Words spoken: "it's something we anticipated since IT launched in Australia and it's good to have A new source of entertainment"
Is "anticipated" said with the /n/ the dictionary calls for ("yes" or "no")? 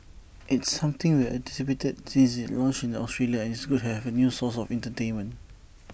no